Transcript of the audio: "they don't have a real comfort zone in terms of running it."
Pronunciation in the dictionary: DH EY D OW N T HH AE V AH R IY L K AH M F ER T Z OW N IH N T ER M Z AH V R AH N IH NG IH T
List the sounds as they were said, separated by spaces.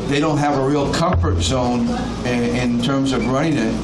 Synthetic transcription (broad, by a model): DH EY D OW N T HH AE V AH R IY L K AH M F ER T Z OW N IH N T ER M Z AH V R AH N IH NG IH T